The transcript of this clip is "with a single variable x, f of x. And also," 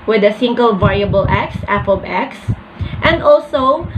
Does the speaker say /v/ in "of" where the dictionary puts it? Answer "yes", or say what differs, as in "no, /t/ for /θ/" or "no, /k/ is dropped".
no, /b/ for /v/